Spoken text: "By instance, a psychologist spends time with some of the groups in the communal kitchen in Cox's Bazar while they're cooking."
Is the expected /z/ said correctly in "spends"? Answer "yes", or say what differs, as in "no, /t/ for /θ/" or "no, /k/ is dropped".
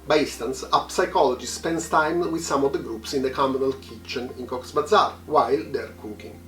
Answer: no, /s/ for /z/